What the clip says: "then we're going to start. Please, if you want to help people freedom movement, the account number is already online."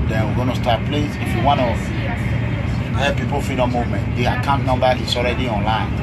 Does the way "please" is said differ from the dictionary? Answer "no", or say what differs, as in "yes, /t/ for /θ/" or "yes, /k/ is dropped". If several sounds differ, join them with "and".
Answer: yes, /s/ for /z/